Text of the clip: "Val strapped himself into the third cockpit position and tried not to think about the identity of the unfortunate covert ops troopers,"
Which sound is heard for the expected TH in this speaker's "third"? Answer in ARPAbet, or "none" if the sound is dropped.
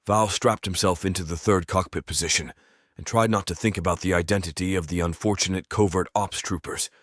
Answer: TH